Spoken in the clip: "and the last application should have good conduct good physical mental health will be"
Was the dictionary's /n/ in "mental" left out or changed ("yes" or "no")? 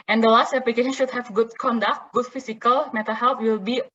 yes